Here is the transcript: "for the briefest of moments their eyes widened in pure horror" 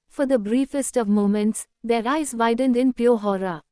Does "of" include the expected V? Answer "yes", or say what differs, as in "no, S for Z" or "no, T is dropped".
yes